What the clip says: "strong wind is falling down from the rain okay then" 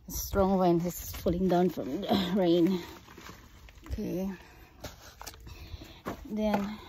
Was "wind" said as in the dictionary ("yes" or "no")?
no